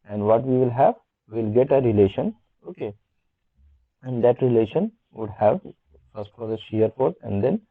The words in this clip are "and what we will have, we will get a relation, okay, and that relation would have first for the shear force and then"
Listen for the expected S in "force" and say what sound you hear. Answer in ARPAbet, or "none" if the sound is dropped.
none